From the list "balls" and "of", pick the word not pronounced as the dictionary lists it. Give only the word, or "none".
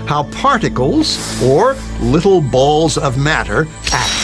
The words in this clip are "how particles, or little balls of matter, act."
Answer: none